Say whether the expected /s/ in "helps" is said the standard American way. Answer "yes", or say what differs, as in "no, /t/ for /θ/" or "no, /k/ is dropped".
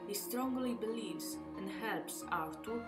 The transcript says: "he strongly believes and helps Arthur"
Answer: yes